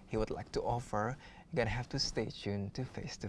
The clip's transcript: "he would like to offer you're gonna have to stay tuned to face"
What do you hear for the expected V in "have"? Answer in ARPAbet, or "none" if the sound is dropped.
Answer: F